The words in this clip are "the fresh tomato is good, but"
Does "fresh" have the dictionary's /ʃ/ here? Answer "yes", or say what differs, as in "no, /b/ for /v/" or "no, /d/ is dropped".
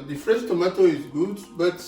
no, /s/ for /ʃ/